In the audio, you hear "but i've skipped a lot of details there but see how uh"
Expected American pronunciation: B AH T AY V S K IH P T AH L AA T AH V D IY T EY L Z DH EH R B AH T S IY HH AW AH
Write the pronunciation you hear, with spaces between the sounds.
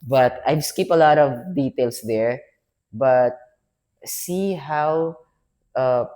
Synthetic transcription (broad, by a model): B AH T AY V S K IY P AH L AA T AH V D IY T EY L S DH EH R B AH T S IY HH AW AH